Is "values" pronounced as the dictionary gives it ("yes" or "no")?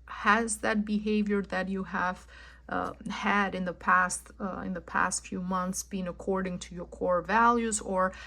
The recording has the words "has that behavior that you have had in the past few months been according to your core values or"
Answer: yes